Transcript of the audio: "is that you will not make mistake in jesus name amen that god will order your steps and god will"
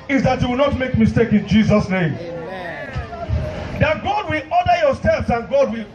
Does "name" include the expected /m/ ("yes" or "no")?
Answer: no